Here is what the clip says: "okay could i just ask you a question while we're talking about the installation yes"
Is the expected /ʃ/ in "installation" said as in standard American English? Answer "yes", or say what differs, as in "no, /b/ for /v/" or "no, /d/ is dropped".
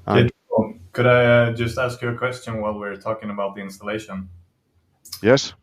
yes